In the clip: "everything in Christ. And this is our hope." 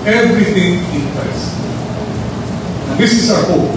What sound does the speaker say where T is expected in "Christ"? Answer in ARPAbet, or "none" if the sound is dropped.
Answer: none